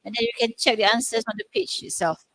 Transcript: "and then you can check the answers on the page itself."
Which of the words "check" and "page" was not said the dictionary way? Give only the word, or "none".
page